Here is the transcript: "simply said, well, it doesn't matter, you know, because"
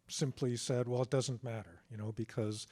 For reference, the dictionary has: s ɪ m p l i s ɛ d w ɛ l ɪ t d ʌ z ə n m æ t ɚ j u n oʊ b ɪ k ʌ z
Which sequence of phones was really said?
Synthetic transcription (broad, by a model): s ɪ m p l i s ɛ d w ɛ l ɪ t d ʌ z ə n m æ t ɚ j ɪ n oʊ b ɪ k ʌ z